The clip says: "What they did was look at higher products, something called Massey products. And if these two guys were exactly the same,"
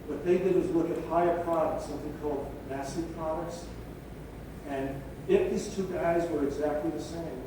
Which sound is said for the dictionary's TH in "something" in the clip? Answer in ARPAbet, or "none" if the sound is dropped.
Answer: TH